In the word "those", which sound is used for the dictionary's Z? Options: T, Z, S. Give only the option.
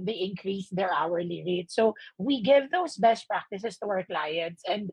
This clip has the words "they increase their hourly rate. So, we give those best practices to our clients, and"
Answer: S